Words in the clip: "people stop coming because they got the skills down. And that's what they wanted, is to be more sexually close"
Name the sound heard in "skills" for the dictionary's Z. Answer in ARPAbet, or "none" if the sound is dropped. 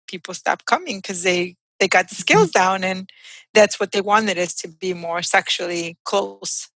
Z